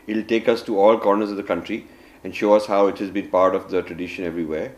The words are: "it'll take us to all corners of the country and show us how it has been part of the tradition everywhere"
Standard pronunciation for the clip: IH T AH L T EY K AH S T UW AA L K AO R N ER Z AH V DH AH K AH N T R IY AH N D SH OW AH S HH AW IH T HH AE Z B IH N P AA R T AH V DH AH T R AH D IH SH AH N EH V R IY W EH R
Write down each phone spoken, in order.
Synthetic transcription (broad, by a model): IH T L T EY K AH S T UW AA L K AO R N ER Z AH V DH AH K AH N T R IY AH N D SH OW AH S HH AW IH T HH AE Z B IH N P AA R T AH V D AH T R AH D IH SH AH N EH V R IY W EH R